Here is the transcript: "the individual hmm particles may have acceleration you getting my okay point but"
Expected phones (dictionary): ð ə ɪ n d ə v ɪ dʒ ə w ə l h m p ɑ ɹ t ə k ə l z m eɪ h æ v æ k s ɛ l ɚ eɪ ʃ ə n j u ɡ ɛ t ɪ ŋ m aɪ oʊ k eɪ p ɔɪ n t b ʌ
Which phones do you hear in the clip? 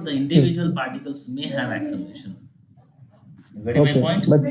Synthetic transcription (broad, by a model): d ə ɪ n d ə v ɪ dʒ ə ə l p ɑ ɹ t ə k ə l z m eɪ h æ v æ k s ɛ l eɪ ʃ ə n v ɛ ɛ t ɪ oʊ eɪ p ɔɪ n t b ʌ